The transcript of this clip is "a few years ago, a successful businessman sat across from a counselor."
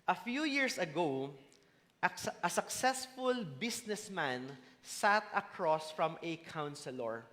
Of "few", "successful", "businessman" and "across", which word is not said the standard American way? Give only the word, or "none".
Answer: businessman